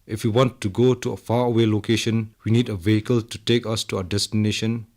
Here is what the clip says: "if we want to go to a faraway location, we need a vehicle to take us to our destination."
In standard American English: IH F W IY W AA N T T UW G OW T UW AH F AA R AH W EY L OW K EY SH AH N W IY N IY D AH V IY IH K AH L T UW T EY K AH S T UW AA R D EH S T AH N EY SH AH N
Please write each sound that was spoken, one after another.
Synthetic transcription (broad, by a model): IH F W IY W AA N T T UW G OW T UW AH F AA AH W EY L OW K EY SH AH N W IY N IY D AH V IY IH K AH L T UW T EY K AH S T UW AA D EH S T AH N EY SH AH N